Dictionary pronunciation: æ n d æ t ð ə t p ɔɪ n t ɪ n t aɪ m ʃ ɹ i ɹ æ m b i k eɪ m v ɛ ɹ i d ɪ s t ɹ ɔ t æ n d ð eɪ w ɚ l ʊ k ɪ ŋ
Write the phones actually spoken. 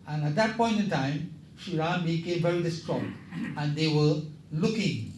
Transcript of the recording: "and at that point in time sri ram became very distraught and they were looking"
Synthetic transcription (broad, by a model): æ n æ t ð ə t p ɔɪ n t ɪ n t aɪ m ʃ i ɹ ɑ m b i k eɪ m v ɛ ɹ i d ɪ s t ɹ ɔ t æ n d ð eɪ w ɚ l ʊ k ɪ ŋ